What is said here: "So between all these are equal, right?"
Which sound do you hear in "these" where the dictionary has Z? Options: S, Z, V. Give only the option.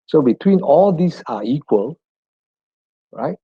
S